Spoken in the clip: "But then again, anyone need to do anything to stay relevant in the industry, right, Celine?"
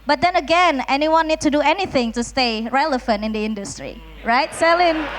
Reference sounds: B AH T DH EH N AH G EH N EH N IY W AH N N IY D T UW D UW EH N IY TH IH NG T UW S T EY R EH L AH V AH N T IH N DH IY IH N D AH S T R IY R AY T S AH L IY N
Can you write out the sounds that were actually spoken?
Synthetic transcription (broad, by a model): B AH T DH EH N AH G EH N EH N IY W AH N N IY D T UW D UW EH N IY TH IH NG T UW S T EY R EH L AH F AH N T IH N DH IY IH N D AH S T R IY R AY T S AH L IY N